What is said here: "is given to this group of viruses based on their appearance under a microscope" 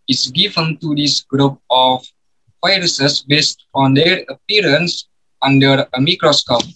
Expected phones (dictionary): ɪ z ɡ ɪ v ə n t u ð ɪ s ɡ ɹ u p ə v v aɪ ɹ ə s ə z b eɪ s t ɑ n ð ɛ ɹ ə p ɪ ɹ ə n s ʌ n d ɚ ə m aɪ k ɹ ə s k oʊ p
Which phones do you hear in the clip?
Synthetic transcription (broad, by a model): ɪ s ɡ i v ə n t u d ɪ s ɡ ɹ u p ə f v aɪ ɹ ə s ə s b eɪ s t ɑ n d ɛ ɹ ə p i ɹ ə n s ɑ n d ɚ ə m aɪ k ɹ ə s k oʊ p